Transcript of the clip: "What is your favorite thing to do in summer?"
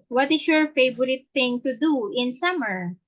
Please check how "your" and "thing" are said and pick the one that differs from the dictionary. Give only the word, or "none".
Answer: thing